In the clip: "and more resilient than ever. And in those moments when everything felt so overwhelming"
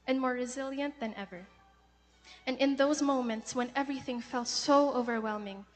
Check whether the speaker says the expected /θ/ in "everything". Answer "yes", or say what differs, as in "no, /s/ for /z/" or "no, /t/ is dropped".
yes